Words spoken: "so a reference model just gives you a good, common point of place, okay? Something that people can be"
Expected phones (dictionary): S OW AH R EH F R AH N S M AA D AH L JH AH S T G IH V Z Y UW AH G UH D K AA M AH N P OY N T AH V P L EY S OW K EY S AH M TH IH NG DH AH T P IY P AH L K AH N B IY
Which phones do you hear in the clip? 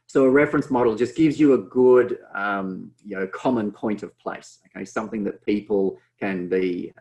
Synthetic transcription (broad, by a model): S OW AH R EH F R AH N S M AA D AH L JH AH S G IH V Z Y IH AH G UH D K AA M AH N P OY N T AH V P L EY S OW K EY S AH M TH IH NG DH AH T P IY P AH L K AH N B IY